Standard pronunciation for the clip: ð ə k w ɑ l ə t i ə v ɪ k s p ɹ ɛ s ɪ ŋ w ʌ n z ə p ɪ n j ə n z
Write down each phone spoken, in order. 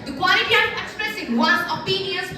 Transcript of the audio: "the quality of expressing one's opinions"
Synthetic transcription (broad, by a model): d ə k w ɑ l ə t i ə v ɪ k s p ɹ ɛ s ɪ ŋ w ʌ z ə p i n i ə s